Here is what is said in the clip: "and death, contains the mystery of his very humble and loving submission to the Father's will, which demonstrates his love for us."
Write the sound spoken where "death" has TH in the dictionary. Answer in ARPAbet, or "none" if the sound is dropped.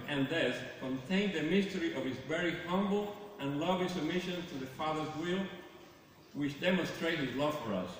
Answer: S